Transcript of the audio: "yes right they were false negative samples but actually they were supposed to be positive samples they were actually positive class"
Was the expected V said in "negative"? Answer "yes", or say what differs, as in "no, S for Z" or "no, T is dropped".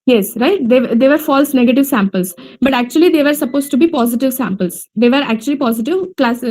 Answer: yes